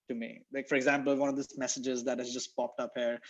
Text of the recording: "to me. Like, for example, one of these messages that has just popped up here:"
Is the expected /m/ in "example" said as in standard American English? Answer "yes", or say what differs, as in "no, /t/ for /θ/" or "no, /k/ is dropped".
yes